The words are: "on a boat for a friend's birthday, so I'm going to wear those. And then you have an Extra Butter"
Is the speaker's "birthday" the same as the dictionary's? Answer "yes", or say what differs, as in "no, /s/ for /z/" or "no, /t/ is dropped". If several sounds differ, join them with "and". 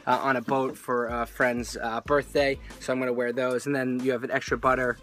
yes